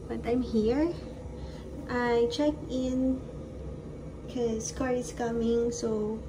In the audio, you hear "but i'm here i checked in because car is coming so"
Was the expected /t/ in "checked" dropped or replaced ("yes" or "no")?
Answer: yes